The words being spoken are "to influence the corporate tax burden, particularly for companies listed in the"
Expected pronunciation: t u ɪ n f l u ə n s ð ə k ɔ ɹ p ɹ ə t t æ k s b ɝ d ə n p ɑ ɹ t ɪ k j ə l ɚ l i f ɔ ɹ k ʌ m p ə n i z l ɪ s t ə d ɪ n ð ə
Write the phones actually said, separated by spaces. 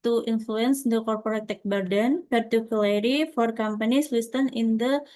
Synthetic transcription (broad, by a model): t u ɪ n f l u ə n s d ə k ɔ ɹ p ɹ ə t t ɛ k b ɝ d ə n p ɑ ɹ t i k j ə l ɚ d i f ɔ ɹ k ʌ m p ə n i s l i s t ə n ɪ n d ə